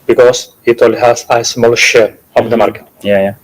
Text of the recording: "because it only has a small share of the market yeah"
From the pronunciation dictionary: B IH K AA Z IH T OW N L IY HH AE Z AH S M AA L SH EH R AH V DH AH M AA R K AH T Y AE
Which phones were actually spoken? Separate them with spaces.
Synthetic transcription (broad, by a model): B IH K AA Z IH T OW L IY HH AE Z AH S M AA L SH EH R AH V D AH M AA R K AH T Y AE